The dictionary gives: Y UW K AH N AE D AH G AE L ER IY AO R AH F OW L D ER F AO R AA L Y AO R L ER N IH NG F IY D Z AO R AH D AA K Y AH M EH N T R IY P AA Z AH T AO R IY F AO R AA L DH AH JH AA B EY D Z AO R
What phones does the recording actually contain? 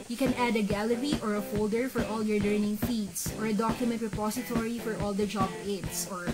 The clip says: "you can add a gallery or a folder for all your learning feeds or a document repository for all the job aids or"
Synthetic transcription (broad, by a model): Y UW K AH N AE D AH G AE L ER IY AO R AH F OW L D ER F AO R AA L Y AO R L ER N IH NG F IY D S AO R AH D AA K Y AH M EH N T R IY P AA S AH T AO R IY F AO R AA L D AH JH AA B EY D S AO R